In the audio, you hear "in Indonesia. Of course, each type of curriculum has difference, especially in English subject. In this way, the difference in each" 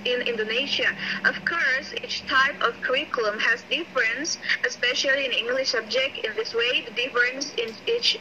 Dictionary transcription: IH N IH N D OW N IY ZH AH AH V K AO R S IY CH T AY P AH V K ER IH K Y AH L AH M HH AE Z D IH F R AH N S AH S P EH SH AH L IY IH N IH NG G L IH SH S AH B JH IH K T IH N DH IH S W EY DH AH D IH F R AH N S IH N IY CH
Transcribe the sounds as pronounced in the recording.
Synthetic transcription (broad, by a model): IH N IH N D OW N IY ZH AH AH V K AO R S IY CH T AY P AH V K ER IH K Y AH L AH M HH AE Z D IH F R AH N S AH S P EH SH AH L IY IH N IH NG G L IH SH S AH B JH IH K T IH N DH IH S W EY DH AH D IH F R AH N S IH N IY CH